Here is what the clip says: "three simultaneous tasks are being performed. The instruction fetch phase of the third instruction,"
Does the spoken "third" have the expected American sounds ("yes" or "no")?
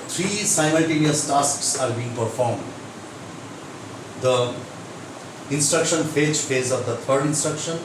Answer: no